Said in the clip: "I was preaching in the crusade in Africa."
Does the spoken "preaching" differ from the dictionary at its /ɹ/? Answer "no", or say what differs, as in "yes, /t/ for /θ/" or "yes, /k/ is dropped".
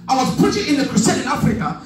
yes, /ɹ/ is dropped